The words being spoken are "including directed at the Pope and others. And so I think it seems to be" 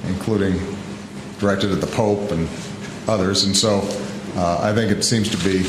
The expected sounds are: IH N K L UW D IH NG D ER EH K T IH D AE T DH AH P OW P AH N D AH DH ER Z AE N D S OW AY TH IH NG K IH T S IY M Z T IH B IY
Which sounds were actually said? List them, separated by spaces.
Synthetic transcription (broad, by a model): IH N K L UW D IH NG D ER EH K T IH D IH DH AH P OW P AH N AH DH ER Z N S OW AY TH IH NG K IH T S IY M Z T IH B IY